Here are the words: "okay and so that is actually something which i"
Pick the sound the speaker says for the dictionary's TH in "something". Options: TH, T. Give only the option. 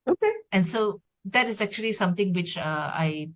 T